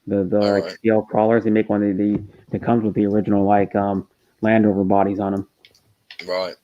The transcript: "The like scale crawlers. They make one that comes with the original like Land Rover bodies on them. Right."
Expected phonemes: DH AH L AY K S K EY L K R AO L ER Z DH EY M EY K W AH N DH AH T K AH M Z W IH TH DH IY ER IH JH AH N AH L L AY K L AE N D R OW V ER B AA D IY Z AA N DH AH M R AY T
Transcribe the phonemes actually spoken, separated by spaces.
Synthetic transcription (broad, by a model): DH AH L AY K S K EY L K R AO L ER Z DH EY M EY K W AH N DH AH T K AH M Z W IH DH IY ER IH JH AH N L L AY K L AE N D OW V ER B AA D IY Z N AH M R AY T